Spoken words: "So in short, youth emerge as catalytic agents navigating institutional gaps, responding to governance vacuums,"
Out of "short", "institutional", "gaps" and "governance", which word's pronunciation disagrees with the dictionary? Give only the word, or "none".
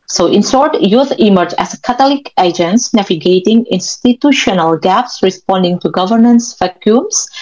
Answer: short